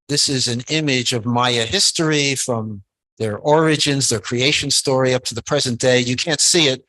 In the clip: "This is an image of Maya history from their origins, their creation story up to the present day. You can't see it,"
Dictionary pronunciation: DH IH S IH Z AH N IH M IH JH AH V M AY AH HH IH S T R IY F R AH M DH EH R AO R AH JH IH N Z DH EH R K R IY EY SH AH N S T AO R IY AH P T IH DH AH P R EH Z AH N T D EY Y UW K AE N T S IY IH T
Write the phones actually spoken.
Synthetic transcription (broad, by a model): DH IH S IH Z AH N IH M IH JH AH V M AY AH HH IH S T R IY F R AH M DH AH R AO R AH JH IH N Z DH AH R K R IY EY SH AH N S T AO R IY AH P T IH DH AH P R EH Z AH N D EY Y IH K AE N T S IY IH T